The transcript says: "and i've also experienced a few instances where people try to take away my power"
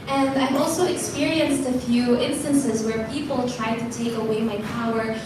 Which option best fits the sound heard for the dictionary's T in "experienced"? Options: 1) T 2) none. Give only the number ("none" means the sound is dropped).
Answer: 1